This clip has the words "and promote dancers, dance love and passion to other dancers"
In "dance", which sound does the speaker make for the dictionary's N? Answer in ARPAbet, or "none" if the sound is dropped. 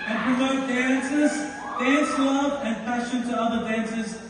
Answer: none